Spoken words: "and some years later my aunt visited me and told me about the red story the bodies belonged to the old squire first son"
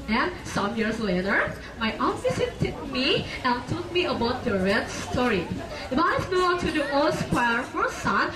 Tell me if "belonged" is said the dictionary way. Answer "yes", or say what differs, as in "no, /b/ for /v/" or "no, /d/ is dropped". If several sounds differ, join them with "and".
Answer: no, /l/ is dropped